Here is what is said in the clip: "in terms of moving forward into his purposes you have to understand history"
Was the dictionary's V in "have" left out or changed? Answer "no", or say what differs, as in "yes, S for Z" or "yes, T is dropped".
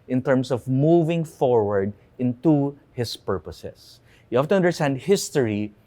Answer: yes, F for V